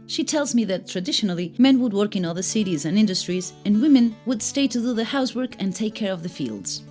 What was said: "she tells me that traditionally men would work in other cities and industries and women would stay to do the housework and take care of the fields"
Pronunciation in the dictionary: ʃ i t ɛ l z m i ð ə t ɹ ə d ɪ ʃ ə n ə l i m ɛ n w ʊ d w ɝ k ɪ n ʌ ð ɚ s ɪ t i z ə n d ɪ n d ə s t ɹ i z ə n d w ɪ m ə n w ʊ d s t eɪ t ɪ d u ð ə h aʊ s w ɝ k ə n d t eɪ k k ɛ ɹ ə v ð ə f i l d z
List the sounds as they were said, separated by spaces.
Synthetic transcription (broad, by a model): ʃ i t ɛ l z m i ð ə t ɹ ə d ɪ ʃ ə n l i m ɛ n w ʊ d w ɝ k ɪ n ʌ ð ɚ s ɪ t i z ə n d ɪ n d ə s t ɹ i z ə n w ɪ m ə n w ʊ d s t eɪ t ɪ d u ð ə h aʊ s w ɝ k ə n t eɪ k k ɛ ɹ ə v ð ə f i l d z